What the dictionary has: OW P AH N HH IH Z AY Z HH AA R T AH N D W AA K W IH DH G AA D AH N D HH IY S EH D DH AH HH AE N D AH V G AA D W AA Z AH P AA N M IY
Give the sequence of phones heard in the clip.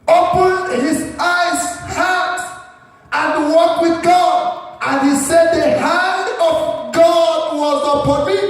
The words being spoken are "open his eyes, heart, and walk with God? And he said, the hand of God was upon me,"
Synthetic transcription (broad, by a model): OW P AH N HH IH Z AY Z HH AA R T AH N W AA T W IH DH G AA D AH N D HH IY S EH D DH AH HH AE N D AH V G AA D W AA Z AH P AA N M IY